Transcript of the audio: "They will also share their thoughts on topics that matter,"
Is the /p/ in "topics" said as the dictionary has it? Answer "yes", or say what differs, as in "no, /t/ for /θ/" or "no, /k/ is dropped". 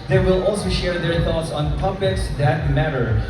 no, /b/ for /p/